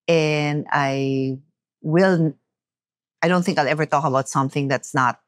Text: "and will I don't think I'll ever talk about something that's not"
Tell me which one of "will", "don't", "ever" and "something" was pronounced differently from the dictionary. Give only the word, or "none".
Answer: none